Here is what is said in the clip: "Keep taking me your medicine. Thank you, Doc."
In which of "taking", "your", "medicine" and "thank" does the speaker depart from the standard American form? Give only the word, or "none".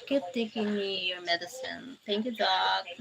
thank